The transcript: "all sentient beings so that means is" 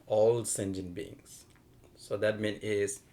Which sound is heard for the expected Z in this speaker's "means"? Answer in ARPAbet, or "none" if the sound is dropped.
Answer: none